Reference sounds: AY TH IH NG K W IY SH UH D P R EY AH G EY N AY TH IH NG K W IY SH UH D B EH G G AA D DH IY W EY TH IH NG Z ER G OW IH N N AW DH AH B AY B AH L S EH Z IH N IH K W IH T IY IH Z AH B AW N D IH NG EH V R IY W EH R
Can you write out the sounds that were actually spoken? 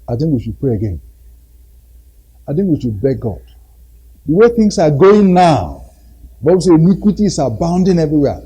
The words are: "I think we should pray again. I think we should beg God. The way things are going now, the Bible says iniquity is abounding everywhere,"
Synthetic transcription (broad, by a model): AY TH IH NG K W IY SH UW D P R EY AH G EY N AY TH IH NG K W IY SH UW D B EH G G AA D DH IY W EY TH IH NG S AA G OW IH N N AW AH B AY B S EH IH N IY K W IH T IY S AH B AW N D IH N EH V R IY W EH